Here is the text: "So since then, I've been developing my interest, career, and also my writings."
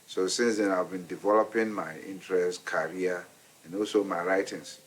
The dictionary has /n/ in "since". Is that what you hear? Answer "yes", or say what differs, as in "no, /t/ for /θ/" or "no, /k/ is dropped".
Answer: yes